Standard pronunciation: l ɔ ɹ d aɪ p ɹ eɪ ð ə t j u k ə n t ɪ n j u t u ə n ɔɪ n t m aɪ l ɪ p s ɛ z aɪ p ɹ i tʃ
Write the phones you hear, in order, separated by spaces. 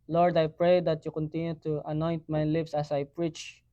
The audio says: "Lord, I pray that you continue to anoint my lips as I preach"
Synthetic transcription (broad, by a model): l ɔ ɹ d aɪ p ɹ eɪ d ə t j u k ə n t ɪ n j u t u ə n ɔɪ n t m aɪ l ɪ p s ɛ s aɪ p ɹ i tʃ